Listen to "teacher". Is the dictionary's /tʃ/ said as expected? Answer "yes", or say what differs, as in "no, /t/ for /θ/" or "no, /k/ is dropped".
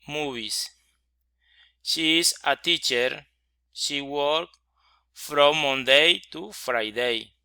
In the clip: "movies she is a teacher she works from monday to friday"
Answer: yes